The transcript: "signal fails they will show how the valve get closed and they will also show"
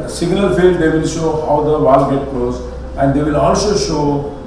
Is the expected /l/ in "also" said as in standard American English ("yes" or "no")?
no